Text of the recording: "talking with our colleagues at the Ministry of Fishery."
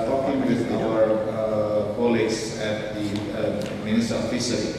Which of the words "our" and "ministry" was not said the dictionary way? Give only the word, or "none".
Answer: ministry